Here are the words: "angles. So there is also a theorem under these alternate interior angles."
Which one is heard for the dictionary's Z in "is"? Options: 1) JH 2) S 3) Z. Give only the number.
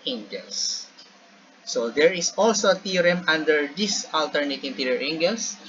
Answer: 2